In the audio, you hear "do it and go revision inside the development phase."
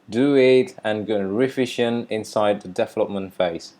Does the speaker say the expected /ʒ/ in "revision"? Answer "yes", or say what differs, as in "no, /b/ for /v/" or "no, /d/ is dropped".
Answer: no, /ʃ/ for /ʒ/